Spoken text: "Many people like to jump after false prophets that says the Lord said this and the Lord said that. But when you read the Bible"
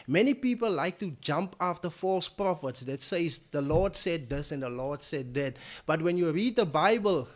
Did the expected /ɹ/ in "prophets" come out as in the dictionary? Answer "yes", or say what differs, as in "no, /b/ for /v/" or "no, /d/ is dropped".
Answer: yes